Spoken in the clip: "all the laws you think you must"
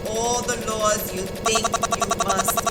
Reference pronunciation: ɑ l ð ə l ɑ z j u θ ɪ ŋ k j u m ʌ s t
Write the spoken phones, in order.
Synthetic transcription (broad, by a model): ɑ l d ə l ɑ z j u t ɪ ŋ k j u m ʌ s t